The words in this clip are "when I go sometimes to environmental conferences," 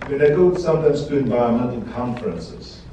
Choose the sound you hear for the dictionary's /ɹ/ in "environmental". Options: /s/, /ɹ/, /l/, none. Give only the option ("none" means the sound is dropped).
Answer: none